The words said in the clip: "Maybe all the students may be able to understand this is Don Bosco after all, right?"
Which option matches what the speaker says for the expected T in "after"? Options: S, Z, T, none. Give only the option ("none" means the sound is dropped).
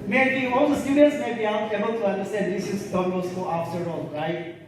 S